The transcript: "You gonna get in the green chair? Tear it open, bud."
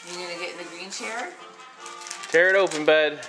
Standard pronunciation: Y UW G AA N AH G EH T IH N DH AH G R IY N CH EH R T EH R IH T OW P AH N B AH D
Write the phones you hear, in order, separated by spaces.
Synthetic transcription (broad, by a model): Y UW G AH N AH G EH T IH N DH AH G R IY N CH EH R T EH R IH T OW P AH N B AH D